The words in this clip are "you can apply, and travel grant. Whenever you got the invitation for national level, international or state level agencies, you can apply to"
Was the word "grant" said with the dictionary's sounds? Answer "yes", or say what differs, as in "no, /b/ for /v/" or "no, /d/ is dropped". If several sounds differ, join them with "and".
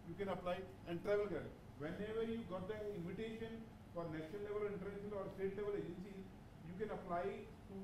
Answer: no, /ɹ/ is dropped